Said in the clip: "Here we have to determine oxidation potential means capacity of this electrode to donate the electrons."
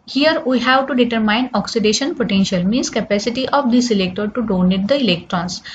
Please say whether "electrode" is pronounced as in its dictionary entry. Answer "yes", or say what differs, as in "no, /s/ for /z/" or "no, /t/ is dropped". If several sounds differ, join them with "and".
no, /ɹ/ is dropped